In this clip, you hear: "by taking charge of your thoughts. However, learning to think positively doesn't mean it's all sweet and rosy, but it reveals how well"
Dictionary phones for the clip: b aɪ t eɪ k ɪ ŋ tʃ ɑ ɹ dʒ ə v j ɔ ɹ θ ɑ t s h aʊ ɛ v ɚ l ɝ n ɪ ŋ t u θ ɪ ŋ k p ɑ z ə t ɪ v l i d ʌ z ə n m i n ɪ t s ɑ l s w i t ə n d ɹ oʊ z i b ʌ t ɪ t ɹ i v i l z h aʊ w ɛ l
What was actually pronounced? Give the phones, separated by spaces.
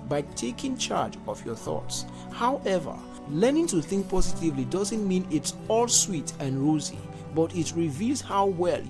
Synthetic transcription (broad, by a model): b aɪ t eɪ k ɪ ŋ tʃ ɑ ɹ dʒ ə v j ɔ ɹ θ ɑ t s h aʊ ɛ v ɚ l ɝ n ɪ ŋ t u θ ɪ ŋ k p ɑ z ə t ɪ v l i d ʌ z ə n m i n ɪ t s ɑ l s w i t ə n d ɹ oʊ z i b ʌ t ɪ t ɹ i v i l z h aʊ w ɛ l